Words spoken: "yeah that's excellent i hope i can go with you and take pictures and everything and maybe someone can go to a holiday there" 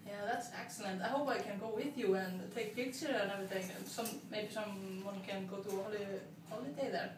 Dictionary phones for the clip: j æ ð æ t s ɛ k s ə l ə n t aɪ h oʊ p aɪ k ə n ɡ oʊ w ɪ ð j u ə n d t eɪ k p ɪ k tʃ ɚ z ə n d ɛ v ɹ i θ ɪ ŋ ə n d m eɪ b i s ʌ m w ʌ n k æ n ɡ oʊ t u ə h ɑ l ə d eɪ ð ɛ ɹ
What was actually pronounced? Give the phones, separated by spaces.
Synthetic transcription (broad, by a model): j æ ð æ t s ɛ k s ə l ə n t aɪ h oʊ p aɪ k ə n ɡ oʊ w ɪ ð j u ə n t eɪ k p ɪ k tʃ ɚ ə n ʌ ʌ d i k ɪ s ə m m eɪ b i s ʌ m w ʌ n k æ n ɡ oʊ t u ə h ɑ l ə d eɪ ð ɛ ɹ